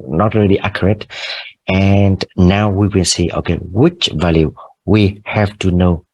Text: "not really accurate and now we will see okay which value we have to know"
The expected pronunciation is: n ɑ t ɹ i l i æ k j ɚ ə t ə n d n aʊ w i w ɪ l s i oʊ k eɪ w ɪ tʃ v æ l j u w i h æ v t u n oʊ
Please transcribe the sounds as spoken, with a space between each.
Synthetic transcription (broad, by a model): n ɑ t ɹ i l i æ k j ɚ ə t ə n d n aʊ w i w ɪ n s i oʊ k eɪ w ɪ tʃ v æ l j u w i h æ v t u n oʊ